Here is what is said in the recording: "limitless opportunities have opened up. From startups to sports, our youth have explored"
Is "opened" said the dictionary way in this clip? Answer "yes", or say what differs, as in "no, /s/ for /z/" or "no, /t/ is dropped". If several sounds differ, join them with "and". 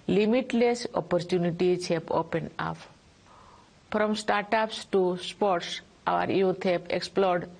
no, /d/ is dropped